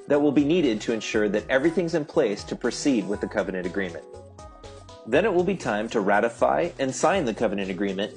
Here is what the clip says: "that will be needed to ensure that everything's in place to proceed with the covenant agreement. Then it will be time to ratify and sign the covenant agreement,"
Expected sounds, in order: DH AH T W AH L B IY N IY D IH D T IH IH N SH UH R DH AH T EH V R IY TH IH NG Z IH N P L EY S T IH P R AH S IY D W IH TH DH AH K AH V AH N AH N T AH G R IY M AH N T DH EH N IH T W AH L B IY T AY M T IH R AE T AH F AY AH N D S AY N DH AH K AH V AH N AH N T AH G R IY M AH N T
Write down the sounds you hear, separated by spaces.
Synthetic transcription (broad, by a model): DH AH T W AH L B IY N IY D IH D T IH IH N SH UH R DH AH T EH V R IY TH IH NG Z IH N P L EY S T IH P R AH S IY D W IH DH AH K AH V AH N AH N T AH G R IY M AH N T DH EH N IH T W AH L B IY T AY M T IH R AE T AH F AY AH N S AY N DH AH K AH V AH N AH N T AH G R IY M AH N T